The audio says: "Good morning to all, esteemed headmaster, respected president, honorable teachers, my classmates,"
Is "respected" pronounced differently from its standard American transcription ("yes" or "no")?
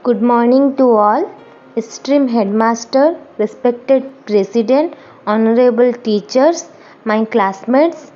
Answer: no